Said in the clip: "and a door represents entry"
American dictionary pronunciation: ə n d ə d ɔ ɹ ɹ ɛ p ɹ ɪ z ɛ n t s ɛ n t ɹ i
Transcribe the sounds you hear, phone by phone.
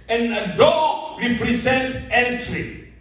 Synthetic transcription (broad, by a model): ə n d ə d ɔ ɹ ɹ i p ɹ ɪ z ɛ n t ɛ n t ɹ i